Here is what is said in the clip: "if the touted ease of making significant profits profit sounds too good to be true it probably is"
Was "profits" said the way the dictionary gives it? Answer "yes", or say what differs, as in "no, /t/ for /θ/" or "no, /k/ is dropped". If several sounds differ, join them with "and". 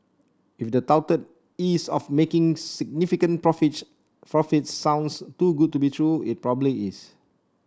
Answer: no, /s/ is dropped